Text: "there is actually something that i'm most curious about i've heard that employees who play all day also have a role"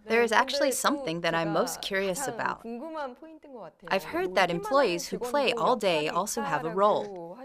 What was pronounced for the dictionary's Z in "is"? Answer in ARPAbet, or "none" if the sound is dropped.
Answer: Z